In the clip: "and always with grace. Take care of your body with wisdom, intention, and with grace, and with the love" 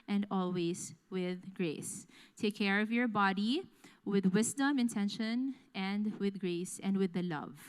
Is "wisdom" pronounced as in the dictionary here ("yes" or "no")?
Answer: no